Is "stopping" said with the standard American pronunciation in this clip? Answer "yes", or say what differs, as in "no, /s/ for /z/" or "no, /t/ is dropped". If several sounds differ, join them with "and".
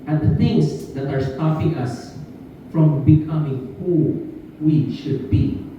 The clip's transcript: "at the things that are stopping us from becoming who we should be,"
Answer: no, /f/ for /p/